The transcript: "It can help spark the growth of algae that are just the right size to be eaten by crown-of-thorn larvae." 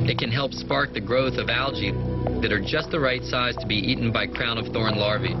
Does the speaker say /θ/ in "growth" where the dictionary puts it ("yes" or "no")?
yes